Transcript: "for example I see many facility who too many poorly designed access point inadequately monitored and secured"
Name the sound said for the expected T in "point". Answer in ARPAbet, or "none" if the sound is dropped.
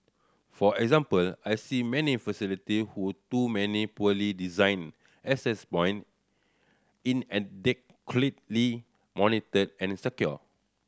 none